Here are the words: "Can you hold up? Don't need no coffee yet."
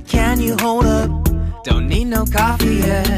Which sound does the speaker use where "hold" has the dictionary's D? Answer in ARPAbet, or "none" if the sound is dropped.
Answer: D